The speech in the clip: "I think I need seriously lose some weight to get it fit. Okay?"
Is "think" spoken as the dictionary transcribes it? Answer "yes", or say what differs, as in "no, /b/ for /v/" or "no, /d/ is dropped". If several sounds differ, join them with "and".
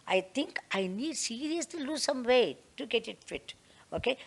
no, /t/ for /θ/